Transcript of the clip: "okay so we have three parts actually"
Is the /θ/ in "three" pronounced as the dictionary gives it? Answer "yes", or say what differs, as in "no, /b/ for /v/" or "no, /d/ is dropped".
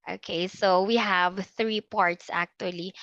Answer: yes